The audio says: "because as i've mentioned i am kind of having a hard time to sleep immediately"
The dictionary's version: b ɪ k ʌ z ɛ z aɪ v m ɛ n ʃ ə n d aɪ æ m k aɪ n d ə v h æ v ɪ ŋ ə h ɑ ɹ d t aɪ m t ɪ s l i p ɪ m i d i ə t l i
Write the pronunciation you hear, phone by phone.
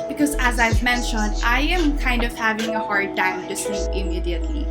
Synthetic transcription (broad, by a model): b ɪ k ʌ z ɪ z aɪ v m ɛ n ʃ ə n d aɪ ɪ m k aɪ n d ə v h æ v ɪ ŋ ə h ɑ ɹ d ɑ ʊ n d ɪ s i ɪ m i d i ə t l i